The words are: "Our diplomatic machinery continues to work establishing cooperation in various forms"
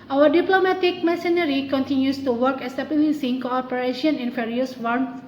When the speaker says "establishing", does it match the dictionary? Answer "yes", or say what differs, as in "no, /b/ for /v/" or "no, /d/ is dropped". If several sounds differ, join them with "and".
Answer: no, /b/ is dropped and /s/ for /ʃ/